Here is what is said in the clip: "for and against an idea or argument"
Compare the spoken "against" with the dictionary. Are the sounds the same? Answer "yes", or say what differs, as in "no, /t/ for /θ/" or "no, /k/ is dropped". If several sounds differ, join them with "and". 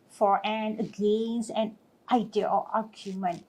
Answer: no, /t/ is dropped